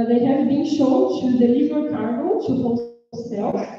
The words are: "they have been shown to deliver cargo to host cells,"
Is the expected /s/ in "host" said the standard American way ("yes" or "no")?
no